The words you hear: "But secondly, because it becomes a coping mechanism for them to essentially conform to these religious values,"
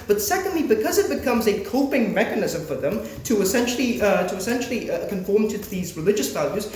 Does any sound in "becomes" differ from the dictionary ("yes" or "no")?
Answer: no